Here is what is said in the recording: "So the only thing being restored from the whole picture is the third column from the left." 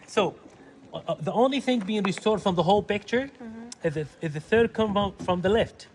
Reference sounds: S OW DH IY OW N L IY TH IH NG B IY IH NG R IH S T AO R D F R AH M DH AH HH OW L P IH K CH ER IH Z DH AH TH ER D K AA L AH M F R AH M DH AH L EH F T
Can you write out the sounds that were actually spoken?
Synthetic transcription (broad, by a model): S OW DH IY OW N L IY TH IH NG B IY IH NG R IH S T AO R D F R AH M DH AH HH OW L P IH K CH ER IH Z DH AH TH ER D K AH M F R AH M DH AH L EH F T